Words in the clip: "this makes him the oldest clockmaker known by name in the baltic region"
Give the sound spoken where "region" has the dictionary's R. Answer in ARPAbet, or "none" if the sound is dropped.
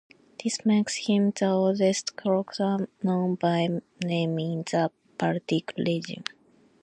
L